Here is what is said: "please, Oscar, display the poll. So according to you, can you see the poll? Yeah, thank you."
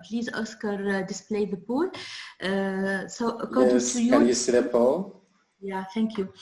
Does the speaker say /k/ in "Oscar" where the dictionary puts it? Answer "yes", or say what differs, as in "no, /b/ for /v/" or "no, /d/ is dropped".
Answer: yes